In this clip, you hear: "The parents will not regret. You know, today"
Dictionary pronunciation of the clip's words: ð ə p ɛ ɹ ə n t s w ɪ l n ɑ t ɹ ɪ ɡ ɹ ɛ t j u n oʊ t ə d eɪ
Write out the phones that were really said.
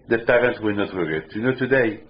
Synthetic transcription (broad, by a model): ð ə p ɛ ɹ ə n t w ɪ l n ɑ t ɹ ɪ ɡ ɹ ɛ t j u n oʊ t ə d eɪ